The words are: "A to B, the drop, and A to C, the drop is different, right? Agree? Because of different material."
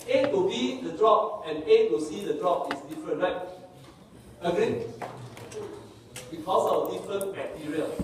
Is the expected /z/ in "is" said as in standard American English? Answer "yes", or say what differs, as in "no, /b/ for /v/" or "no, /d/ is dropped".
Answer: no, /s/ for /z/